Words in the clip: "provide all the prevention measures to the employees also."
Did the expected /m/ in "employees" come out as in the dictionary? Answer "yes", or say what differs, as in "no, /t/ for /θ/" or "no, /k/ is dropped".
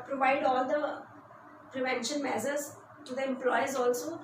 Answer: yes